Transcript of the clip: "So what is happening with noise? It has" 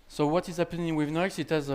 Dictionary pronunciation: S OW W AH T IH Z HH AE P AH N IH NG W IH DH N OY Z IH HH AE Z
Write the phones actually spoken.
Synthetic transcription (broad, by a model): S OW W AH T IH Z HH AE P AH N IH NG W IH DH N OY S IH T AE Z